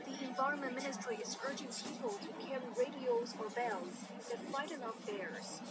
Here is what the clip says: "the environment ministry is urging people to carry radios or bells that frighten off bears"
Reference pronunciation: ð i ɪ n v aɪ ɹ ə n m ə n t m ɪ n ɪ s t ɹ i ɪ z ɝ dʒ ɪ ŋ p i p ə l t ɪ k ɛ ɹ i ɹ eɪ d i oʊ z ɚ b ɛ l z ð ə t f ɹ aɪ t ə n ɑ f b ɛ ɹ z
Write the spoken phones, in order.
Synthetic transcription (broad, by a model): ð i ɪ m v aɪ ɹ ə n m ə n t m ɪ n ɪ s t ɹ i ɪ z ɝ dʒ ɪ ŋ p i p ə l t ɪ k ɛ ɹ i ɹ eɪ d i oʊ z ɚ b ɛ l z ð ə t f l aɪ t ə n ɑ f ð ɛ ɹ